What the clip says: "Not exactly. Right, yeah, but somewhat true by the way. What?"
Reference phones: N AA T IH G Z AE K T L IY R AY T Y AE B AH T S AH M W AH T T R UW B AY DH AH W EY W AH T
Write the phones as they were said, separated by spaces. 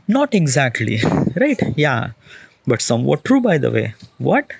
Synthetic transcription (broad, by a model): N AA T IH G Z AE K T L IY R AY T Y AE B AH T S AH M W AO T T R UW B AY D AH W EY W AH T